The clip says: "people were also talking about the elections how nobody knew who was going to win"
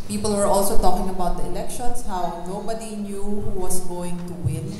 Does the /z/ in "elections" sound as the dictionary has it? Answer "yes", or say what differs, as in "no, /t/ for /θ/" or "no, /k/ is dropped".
no, /s/ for /z/